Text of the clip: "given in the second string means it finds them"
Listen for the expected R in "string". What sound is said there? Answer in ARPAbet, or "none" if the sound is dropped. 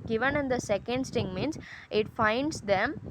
none